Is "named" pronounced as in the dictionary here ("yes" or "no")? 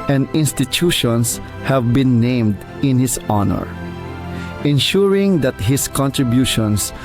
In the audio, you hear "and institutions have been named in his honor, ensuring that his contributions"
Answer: yes